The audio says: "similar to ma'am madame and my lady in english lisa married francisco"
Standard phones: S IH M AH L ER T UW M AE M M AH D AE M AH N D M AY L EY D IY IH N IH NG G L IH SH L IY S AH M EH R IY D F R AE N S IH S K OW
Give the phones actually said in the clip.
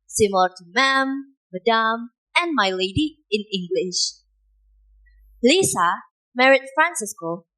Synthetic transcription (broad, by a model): S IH M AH L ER T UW M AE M M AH D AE M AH N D M AY L EY D IY IH N IH NG G L IH SH L IY S AH M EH R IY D F R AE N S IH S K OW